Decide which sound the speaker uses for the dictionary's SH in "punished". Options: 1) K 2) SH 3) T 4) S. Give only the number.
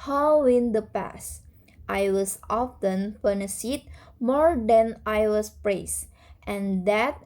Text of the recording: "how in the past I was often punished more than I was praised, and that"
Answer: 4